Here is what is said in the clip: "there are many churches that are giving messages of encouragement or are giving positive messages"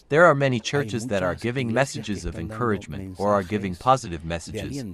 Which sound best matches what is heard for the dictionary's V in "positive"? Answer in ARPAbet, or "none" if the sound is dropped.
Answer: V